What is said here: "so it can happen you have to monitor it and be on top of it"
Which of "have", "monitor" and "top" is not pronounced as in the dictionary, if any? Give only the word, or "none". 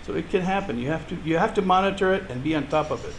have